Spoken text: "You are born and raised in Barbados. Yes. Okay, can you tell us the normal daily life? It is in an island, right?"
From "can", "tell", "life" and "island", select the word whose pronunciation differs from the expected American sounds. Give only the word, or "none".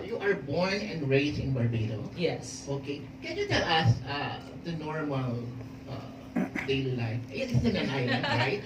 island